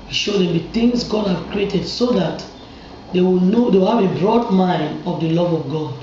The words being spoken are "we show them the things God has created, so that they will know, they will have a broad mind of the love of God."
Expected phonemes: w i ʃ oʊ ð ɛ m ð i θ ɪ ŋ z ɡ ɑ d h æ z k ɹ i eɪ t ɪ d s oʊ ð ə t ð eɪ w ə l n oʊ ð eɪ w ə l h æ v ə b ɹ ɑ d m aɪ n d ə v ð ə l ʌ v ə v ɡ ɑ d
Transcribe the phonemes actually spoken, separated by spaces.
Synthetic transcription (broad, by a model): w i ʃ oʊ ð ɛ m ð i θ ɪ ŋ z ɡ ɑ d h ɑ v k ɹ i eɪ t ɪ d s oʊ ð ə t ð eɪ w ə n oʊ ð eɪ w ə l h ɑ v ə b ɹ ɑ d m aɪ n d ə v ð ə l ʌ v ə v ɡ ɑ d